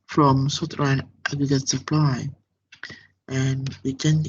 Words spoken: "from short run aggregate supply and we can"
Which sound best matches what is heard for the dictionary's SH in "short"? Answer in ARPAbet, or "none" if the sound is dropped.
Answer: S